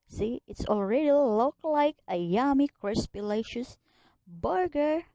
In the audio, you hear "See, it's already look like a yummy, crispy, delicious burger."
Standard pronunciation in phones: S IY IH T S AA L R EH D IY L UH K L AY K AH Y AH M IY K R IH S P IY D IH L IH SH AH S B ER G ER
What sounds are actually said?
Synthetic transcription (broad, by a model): S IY IH T S AA L R EH D IY L UH K L AY K AH Y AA M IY K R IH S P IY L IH IH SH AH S B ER G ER